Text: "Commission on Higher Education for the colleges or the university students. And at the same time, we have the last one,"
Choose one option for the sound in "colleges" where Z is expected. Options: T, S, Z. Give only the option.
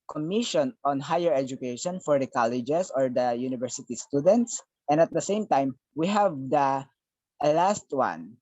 S